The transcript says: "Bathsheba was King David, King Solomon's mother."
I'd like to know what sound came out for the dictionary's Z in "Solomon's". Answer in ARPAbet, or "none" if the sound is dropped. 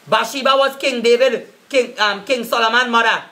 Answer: none